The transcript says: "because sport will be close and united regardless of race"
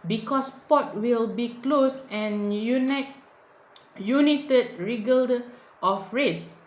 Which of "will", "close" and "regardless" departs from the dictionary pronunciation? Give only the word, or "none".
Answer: regardless